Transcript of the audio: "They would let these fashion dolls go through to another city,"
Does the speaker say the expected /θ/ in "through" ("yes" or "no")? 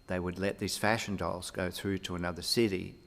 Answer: yes